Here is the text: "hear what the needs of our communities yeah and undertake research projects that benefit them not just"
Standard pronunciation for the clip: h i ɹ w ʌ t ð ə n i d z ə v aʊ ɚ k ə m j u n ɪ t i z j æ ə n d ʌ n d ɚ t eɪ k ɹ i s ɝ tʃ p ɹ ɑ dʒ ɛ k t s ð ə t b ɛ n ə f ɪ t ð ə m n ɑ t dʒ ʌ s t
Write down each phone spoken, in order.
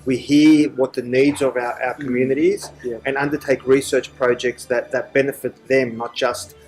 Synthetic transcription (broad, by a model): h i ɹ w ʌ t ð ə n i d z ə v aʊ ɚ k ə m j u n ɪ t i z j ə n ʌ n d ɚ t eɪ k ɹ i s ɝ tʃ p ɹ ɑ dʒ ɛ k t s ð ə t b ɛ n ə f ɪ t ð ə m n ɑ t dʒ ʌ s t